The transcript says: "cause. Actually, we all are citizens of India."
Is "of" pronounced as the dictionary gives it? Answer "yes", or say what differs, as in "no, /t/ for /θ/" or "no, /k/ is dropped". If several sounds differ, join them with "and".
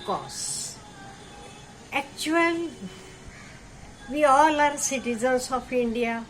no, /p/ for /v/